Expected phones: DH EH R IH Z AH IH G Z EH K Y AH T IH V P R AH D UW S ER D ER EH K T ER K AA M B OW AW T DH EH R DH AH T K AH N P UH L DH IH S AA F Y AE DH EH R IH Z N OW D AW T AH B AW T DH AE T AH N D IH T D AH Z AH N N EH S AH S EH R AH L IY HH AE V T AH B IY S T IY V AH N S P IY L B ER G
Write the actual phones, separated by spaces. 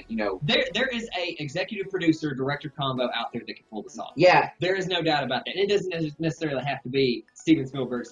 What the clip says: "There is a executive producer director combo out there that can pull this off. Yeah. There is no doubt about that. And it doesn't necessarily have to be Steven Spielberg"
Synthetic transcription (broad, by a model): DH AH R IH Z AH IH G Z EH K Y AH T IH V P R AH D UW S ER D ER EH K T ER K AA M B OW AW T DH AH R DH AH T K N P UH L DH IH S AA Y AE DH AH R IH Z N OW D AW T AH B AW T DH AE T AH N IH T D AH Z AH N N EH S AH S EH R L IY HH AE F T AH B IY S T IY V AH N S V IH L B ER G